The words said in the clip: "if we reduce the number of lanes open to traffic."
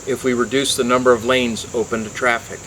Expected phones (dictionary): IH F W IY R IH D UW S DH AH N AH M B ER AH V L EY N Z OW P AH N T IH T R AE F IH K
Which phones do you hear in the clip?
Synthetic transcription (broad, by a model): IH F W IY R IH D UW S DH AH N AH M B ER AH V L EY N Z OW P AH N T IH T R AE F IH K